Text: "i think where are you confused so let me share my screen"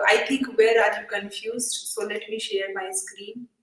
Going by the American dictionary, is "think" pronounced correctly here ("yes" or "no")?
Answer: no